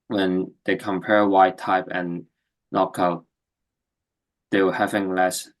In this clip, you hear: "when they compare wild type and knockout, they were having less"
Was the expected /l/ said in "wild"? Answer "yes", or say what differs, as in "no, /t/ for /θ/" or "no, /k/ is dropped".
no, /l/ is dropped